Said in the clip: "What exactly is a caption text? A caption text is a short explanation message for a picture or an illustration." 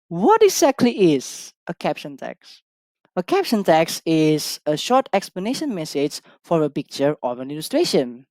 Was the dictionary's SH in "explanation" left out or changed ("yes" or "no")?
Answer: no